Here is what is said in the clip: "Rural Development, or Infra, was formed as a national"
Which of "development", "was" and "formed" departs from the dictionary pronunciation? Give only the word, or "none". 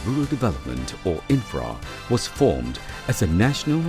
none